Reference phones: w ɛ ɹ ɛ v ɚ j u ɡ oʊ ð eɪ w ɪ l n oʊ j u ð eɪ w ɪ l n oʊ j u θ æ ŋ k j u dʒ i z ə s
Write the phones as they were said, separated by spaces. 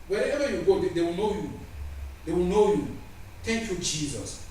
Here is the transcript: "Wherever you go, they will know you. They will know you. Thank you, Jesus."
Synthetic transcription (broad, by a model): w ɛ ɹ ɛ v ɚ j u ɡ oʊ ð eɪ w ɪ l n oʊ j u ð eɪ w ɪ l n oʊ j u t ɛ k j u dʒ i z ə s